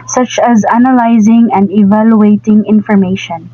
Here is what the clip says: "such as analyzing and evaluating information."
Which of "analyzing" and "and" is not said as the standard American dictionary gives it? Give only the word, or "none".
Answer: none